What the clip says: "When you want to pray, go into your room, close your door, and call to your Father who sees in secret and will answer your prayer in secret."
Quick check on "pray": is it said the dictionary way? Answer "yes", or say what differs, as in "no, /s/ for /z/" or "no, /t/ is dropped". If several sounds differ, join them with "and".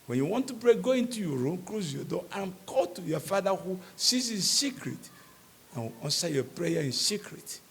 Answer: no, /b/ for /p/